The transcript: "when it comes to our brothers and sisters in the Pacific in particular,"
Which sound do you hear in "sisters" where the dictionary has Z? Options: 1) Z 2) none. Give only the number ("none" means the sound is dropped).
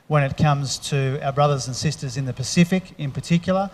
1